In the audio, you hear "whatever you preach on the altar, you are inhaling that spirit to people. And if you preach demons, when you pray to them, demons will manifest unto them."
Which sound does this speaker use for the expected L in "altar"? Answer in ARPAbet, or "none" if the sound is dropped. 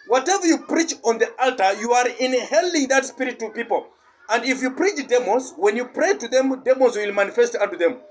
L